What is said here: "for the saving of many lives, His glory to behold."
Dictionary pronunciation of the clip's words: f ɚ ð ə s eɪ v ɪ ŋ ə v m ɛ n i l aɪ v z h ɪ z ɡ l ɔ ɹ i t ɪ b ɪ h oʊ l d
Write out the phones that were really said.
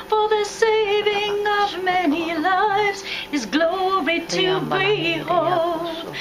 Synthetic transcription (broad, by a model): f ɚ ð ə s eɪ v ɪ ŋ ə v m ɛ n i l aɪ v z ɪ z ɡ l ɔ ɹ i t ɪ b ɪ h oʊ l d